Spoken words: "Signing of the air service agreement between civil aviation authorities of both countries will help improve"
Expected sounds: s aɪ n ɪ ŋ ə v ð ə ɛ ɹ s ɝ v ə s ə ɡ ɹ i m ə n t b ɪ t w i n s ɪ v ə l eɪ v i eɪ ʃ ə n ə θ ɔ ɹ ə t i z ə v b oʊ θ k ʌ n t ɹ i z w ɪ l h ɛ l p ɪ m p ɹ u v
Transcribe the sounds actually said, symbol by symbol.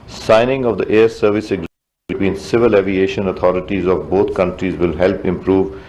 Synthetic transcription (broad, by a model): s aɪ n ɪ ŋ ə v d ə ɛ ɹ s ɝ v ə s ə ɡ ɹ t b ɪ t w i n s ɪ v ə l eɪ v i eɪ ʃ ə n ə t ɔ ɹ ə t i z ə v b oʊ t k ʌ n t ɹ i z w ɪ l h ɛ l p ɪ m p ɹ u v